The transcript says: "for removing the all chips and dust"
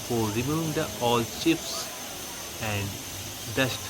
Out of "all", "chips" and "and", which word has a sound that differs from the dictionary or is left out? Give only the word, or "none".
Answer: chips